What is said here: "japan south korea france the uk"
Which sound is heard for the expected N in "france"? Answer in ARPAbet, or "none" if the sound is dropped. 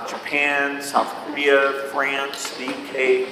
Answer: N